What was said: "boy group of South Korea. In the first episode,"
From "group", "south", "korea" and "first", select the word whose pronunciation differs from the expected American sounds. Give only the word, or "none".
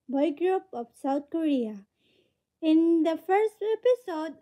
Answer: south